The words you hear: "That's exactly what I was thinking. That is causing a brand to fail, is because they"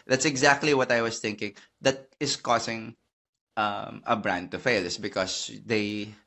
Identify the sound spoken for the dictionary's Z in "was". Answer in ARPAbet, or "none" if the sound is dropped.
S